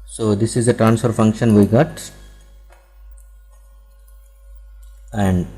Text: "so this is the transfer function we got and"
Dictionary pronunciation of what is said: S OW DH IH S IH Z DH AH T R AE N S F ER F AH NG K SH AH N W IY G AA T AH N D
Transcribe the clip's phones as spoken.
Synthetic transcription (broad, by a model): S OW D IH S IH Z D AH T R AE N S F ER F AH NG K SH AH N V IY G AA T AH N D